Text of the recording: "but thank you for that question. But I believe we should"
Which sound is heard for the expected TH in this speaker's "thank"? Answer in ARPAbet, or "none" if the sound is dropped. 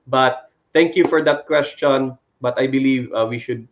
T